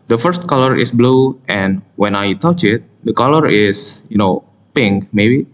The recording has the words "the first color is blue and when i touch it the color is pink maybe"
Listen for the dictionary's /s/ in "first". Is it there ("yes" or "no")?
yes